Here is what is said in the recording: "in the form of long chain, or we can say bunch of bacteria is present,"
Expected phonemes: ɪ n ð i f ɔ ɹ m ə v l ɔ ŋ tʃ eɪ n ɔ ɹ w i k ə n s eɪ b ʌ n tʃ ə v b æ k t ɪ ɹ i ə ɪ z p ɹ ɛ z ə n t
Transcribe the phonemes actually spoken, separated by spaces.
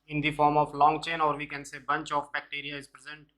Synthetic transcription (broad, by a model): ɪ n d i f ɔ ɹ m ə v l ɔ ŋ tʃ eɪ n ɔ ɹ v i k ə n s eɪ b ʌ n tʃ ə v b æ k t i ɹ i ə ɪ z p ɹ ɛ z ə n t